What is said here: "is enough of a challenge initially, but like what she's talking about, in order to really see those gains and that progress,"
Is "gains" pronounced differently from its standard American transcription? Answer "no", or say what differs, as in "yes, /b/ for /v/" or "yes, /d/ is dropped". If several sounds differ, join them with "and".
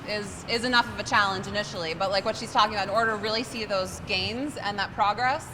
no